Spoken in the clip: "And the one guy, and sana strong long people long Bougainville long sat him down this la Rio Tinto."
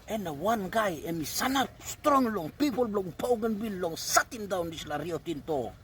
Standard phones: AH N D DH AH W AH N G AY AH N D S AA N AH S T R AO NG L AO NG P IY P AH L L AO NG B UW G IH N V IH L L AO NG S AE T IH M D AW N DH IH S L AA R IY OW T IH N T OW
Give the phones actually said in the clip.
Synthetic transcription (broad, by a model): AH N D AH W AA N G AY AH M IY S AA N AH S T R AO NG L AO NG P IY P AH L L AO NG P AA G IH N B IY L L AO NG S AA T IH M D AW N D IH S L AA R IY OW T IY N T OW